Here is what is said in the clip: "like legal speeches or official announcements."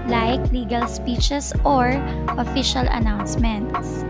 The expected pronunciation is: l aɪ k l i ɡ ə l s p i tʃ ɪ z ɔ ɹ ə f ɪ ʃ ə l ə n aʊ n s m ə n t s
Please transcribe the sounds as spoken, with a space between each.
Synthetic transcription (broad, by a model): l aɪ k l i ɡ ə l s p i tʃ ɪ s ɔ ɹ ə f ɪ ʃ ə l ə n aʊ n s m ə n t s